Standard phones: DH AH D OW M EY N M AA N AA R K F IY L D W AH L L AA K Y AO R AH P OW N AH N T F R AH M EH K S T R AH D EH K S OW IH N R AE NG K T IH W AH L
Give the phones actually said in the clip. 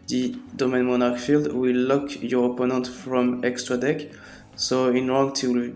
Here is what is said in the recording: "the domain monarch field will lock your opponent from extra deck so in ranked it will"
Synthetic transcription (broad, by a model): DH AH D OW M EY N M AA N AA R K F IY L D W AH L L AA K Y AO R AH P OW N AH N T F R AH M EH K S T R AH D EH K S OW IH N R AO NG T IH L